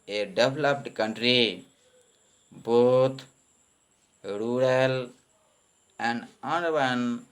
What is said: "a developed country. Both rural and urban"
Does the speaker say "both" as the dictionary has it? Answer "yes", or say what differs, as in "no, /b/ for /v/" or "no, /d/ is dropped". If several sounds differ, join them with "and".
no, /t/ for /θ/